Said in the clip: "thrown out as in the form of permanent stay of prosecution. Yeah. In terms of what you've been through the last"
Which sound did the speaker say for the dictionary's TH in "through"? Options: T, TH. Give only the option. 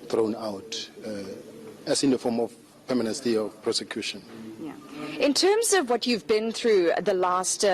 TH